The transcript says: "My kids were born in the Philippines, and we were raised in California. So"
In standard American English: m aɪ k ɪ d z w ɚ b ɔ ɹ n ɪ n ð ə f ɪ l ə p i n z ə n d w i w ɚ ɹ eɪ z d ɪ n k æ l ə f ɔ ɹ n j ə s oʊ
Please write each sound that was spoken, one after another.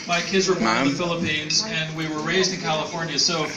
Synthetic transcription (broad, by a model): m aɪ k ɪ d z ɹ ɪ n ð ə f ɪ l ə p i n z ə n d w i w ɚ ɹ eɪ z d ɪ n k æ l ə f ɔ ɹ n j ə s oʊ